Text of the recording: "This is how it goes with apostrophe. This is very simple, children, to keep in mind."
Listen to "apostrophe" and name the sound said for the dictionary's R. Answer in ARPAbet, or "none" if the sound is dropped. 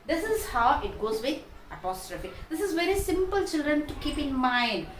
R